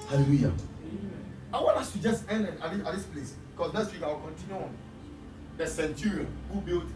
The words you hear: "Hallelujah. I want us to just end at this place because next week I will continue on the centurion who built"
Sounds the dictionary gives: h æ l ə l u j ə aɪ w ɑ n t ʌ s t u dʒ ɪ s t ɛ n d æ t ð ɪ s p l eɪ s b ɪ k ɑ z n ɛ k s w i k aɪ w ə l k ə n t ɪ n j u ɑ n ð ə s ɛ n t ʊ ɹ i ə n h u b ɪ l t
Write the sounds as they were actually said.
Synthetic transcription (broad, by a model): h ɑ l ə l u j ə aɪ w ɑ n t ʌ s t u dʒ ɪ s t ɛ n d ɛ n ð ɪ s p l eɪ s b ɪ k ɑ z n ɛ s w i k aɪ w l k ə n t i n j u ɑ n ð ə s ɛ n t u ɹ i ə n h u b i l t